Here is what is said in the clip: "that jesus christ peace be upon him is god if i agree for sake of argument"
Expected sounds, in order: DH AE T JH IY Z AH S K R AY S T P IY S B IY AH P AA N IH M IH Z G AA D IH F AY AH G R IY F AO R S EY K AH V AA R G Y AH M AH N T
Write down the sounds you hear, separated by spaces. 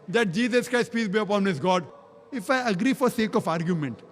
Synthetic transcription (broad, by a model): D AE T JH IY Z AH S K R AY S T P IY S B IY AH P AA N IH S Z G AA D IH F AY AH G R IY F AO R S EY K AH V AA R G Y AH M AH N T